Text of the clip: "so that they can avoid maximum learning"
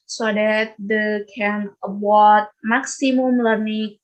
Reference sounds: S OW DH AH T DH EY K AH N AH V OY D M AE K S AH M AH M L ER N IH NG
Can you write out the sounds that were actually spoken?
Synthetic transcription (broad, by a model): S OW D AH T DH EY K AH N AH W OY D M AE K S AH M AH M L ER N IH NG